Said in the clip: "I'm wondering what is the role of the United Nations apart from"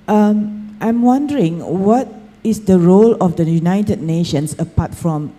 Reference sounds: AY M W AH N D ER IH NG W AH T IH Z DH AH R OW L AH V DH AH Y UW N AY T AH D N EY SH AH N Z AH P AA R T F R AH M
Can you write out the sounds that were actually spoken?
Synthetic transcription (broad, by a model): AY M W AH N D ER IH NG W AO T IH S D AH R OW L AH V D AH Y UW N AY T AH D N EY SH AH N S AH P AA T F R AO M